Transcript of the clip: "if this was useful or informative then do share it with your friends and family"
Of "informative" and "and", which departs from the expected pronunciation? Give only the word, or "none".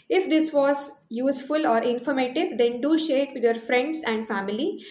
none